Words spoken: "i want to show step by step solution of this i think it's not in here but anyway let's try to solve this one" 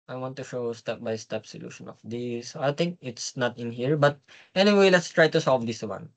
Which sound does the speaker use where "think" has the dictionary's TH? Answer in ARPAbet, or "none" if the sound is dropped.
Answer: T